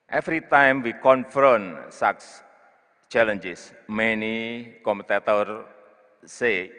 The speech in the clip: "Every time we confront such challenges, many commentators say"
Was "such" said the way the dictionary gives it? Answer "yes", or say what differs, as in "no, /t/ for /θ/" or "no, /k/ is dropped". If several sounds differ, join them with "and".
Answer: no, /s/ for /tʃ/